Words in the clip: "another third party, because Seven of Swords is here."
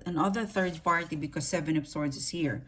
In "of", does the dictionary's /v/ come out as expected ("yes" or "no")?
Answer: no